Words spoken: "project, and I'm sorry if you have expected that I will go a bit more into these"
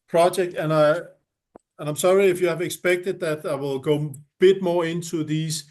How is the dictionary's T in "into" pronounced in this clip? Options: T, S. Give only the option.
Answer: T